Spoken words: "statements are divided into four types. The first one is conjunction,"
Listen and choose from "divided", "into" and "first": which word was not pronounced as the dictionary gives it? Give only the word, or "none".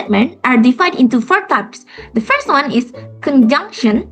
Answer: divided